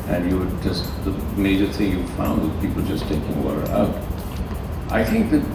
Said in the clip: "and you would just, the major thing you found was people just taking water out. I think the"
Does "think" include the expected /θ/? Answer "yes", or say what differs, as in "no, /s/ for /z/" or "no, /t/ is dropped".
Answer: yes